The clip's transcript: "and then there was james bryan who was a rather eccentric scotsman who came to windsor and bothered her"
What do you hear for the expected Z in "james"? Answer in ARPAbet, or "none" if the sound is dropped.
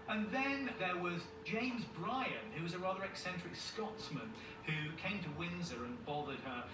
Z